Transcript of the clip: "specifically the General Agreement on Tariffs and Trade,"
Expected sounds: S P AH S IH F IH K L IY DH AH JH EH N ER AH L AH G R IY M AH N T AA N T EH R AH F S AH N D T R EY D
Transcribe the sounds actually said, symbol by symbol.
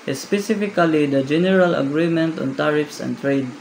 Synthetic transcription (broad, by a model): S P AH S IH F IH K L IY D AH JH EH N ER AH L AH G R IY M AH N T AA N T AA R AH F S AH N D T R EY D